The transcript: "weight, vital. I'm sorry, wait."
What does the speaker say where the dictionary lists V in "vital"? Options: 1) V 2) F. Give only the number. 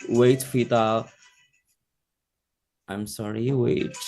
2